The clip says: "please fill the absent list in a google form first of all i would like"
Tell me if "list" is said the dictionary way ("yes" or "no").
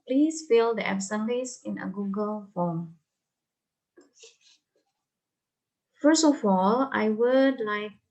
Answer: no